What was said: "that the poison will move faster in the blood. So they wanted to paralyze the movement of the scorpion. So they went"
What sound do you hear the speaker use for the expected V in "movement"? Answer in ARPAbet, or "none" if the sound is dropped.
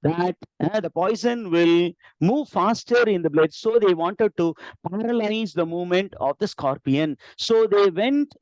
V